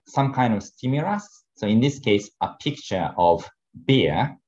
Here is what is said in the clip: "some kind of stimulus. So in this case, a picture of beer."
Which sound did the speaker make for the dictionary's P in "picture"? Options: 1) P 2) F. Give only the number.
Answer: 1